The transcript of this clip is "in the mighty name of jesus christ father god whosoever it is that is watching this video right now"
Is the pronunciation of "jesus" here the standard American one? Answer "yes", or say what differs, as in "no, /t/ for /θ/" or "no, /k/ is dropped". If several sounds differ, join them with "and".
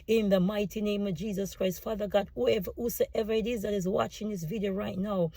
yes